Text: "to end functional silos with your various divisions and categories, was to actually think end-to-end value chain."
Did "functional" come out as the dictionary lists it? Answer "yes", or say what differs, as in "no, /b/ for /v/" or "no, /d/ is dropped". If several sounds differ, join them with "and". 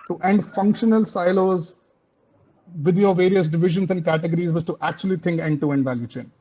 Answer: yes